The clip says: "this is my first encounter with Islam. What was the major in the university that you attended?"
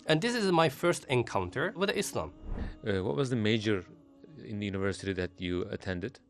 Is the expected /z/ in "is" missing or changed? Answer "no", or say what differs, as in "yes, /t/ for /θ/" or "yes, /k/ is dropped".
no